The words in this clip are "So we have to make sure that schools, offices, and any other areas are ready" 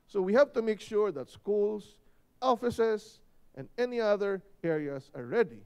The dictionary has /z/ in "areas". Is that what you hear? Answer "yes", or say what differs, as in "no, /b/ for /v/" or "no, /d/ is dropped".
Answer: no, /s/ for /z/